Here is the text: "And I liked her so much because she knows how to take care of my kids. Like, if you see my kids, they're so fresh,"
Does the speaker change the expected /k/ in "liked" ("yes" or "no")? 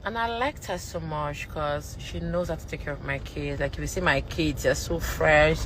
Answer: no